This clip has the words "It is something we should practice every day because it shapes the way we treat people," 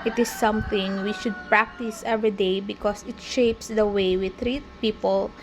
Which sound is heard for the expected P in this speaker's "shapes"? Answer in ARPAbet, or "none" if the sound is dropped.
P